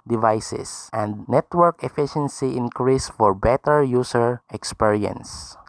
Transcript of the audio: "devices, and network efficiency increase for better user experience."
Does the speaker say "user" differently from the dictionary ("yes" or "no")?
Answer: yes